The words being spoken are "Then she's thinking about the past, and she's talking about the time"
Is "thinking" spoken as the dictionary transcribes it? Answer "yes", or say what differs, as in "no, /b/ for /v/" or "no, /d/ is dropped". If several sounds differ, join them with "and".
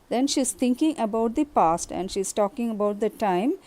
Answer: no, /t/ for /θ/